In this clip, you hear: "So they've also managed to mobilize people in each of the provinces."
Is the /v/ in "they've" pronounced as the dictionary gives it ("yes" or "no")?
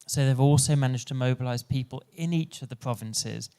yes